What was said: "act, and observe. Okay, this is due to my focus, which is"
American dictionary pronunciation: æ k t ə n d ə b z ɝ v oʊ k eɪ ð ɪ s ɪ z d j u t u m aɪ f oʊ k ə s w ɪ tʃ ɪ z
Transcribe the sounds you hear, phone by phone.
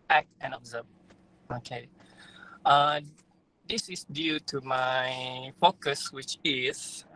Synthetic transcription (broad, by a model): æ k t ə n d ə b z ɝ b oʊ k eɪ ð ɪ s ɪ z d j u t u m aɪ f oʊ k ə s w ɪ tʃ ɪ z